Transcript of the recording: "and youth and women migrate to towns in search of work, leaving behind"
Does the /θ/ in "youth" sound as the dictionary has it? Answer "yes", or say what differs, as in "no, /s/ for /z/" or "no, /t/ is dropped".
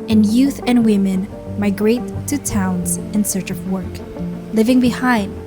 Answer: yes